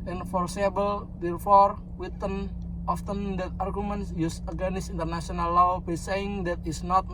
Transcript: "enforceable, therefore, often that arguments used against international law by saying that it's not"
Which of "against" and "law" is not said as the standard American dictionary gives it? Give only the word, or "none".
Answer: against